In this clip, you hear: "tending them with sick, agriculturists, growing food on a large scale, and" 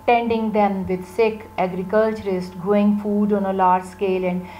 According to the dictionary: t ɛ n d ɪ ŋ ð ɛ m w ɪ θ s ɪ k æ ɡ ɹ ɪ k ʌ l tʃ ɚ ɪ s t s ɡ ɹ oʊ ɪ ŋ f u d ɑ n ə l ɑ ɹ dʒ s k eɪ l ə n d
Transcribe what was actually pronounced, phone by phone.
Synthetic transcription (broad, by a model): t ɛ n d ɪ ŋ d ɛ m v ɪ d s ɪ k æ ɡ ɹ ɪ k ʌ l tʃ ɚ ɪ s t ɡ oʊ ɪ ŋ f u d ɑ n ə l ɑ ɹ dʒ s k eɪ l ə n d